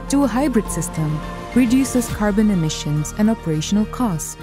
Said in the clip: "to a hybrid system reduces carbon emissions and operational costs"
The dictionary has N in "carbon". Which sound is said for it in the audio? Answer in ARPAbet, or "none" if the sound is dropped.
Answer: N